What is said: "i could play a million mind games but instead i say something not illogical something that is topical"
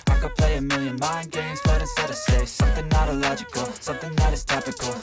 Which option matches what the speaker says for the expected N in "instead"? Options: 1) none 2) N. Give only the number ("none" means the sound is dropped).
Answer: 1